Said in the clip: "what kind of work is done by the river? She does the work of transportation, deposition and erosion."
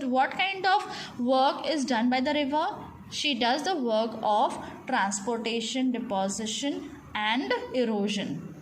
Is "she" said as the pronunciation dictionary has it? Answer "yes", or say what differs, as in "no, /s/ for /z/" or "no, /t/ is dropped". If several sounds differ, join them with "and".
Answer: yes